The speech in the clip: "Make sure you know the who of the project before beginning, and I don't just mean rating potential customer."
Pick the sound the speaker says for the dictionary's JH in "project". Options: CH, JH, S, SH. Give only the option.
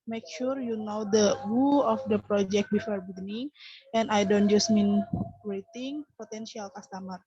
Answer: JH